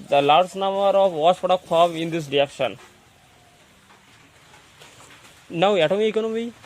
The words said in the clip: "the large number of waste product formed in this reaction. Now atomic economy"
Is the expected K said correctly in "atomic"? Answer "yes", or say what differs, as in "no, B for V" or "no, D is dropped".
no, K is dropped